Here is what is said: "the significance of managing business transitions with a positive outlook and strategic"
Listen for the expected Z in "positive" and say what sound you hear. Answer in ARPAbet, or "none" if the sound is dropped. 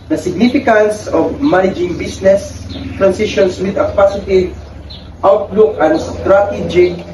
S